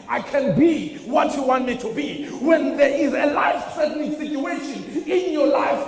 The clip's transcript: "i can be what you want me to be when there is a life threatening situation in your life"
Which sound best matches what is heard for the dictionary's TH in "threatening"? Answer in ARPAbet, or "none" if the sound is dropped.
T